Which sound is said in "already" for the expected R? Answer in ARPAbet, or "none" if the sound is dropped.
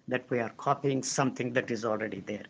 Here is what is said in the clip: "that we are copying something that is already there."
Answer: R